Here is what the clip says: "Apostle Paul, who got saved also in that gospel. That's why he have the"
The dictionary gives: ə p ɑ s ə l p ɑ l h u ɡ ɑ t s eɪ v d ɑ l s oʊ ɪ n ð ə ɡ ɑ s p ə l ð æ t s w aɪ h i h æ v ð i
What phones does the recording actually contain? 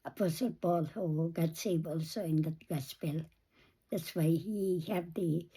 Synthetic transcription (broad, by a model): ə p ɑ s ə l b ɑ l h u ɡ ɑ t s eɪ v ɑ l s oʊ ɪ n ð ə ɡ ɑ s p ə l ð æ t s w aɪ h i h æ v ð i